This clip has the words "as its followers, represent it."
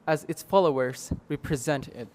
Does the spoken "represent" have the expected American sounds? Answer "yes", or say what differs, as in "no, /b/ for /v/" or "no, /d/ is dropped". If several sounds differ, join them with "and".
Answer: yes